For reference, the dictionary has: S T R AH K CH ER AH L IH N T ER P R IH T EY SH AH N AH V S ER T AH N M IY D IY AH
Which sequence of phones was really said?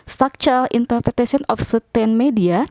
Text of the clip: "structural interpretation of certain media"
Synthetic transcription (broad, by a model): S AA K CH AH L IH N T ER P R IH T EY S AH N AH F S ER T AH N M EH D IY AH